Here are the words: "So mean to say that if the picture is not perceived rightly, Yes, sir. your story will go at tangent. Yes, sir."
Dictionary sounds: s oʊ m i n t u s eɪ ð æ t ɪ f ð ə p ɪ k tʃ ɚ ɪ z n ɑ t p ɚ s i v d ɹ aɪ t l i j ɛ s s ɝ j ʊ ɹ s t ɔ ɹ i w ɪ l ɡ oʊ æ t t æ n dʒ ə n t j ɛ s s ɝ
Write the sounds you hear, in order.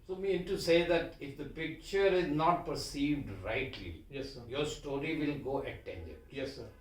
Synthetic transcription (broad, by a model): s oʊ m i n t u s eɪ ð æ t ɪ f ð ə p ɪ k tʃ ɚ ɪ z n ɑ t p ɚ s i v d ɹ aɪ t l i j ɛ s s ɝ j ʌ ɹ s t ɔ ɹ i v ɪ l ɡ oʊ t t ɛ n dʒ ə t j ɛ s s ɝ